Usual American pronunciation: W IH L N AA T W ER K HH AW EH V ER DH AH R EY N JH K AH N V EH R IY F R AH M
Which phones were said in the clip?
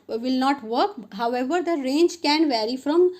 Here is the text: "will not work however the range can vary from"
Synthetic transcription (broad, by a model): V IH L N AA T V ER K HH AW EH V ER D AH R EY N JH K AH N V EH R IY F R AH M